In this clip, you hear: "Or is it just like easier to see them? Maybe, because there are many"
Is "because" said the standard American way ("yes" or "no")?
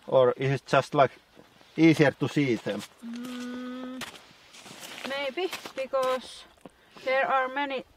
no